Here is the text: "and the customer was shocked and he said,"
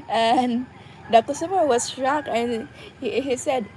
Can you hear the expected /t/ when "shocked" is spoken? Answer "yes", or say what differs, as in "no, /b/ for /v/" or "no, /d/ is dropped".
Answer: no, /t/ is dropped